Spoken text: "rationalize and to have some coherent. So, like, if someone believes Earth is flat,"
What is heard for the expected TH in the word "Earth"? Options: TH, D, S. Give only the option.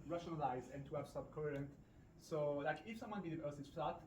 S